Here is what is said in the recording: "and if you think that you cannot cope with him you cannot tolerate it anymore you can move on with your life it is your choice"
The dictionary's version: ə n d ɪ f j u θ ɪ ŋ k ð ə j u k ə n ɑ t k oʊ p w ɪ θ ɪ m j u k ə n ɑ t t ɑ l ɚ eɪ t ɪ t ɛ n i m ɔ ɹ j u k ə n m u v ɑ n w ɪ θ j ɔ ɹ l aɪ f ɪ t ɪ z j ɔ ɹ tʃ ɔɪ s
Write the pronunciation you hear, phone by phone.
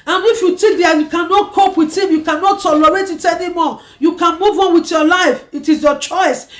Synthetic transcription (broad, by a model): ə n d ɪ f j u t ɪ k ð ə j u k ə n ɑ t k oʊ p w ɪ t ɪ m j u k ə n ɑ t t ɑ l ɚ eɪ t ɪ t ɛ n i m ɔ j u k ə n m u v ɑ n w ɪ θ j ɔ l aɪ f ɪ t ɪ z j ɔ tʃ ɔɪ s